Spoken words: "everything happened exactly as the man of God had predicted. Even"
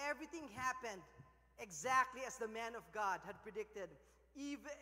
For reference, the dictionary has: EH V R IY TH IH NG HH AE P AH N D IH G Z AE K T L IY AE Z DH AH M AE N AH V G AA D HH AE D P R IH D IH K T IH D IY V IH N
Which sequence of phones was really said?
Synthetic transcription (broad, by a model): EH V R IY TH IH NG HH AE P AH N D IH G Z AE K T L IY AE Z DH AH M AE N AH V G AA D HH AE D P R IH D IH K T IH D IY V